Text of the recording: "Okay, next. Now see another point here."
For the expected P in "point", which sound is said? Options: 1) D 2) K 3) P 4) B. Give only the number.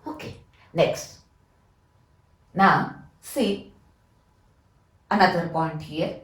4